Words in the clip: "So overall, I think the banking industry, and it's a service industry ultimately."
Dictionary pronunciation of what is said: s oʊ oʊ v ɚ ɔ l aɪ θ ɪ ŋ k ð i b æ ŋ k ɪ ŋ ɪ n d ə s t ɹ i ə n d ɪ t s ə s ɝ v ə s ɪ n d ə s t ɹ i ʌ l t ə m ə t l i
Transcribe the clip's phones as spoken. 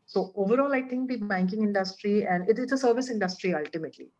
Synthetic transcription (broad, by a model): s oʊ oʊ v ɚ ɔ l aɪ t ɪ ŋ k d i b æ ŋ k ɪ ŋ ɪ n d ə s t ɹ i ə n d ɪ t s ə s ɝ v ə s ɪ n d ə s t ɹ i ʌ l t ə m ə t l i